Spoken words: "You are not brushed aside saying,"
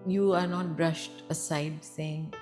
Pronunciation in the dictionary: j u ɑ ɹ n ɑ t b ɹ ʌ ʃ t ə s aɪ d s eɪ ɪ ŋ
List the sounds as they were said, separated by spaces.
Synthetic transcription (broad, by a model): j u ɑ ɹ n ɑ t b ɹ ʌ ʃ t ə s aɪ d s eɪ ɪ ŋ